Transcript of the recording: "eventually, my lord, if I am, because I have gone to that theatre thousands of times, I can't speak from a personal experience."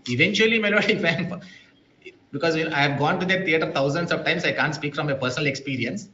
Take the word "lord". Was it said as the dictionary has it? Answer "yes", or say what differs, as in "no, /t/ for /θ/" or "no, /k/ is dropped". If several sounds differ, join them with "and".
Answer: no, /n/ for /l/